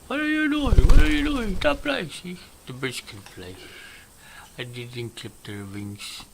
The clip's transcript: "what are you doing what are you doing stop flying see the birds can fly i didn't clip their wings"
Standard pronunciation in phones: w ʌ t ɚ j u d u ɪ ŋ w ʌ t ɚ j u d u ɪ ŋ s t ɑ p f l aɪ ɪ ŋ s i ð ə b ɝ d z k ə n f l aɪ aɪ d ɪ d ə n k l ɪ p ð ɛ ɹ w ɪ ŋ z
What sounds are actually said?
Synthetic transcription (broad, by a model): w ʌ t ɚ j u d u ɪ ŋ w ʌ t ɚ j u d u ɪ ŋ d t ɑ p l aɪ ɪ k s i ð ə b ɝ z k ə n p l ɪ aɪ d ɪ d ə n k l ɪ p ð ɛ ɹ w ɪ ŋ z